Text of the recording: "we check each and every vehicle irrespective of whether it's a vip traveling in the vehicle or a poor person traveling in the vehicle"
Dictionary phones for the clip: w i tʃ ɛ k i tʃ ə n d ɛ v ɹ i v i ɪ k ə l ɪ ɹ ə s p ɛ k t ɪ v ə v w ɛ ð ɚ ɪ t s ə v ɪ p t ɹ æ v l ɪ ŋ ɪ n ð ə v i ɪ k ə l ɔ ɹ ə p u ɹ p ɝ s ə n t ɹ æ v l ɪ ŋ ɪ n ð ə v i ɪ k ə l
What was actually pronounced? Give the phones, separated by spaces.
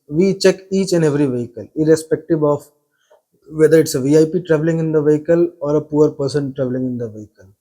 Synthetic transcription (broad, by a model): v i tʃ ɛ k i tʃ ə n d ɛ v ɹ i v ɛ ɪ k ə l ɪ ɹ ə s p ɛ k t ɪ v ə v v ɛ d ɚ ɪ t s ə v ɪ p t ɹ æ v l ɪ ŋ ɪ n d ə v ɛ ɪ k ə l ɔ ɹ ə p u ɹ p ɝ s ə n t ɹ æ v l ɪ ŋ ɪ n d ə v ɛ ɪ k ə l